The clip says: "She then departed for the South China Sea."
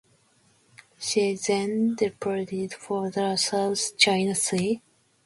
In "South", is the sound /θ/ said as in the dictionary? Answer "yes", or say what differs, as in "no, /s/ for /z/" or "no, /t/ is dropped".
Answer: no, /s/ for /θ/